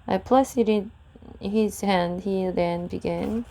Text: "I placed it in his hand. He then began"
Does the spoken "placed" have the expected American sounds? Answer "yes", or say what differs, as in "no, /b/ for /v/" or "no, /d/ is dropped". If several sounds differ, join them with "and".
no, /t/ is dropped